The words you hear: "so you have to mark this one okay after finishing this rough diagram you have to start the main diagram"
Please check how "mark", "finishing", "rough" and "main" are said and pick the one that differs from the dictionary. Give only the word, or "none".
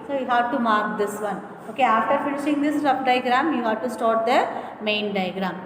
rough